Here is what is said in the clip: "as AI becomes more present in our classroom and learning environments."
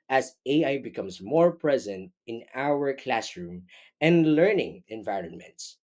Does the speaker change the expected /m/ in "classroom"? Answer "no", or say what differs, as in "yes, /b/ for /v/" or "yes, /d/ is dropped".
no